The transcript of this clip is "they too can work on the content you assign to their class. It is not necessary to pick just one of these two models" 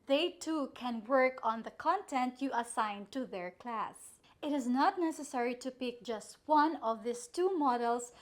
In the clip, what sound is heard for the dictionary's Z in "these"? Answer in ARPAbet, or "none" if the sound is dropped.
S